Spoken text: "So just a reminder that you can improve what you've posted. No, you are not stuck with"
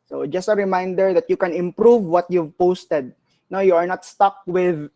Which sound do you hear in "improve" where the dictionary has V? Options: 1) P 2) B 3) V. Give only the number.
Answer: 3